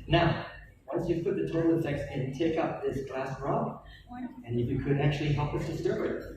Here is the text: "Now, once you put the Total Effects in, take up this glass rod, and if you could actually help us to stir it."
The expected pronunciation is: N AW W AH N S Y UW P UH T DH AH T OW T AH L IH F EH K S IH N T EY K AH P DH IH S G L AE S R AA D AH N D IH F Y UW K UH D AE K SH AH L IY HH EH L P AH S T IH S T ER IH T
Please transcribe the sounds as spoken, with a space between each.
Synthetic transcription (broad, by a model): N AW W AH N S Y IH P UH T DH AH T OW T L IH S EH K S IH N T EY K AH P DH IH S G L AE S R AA AH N IH F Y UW K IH D AE K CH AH L IY HH EH L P AH S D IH S T ER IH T